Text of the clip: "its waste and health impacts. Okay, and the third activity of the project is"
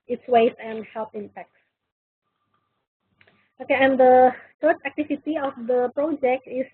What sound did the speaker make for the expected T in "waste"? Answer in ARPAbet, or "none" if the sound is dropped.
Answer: none